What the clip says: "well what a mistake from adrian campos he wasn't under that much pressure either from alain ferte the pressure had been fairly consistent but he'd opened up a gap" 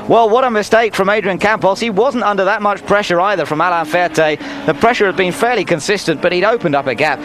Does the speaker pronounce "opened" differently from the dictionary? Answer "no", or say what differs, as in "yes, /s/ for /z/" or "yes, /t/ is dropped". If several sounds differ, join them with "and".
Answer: no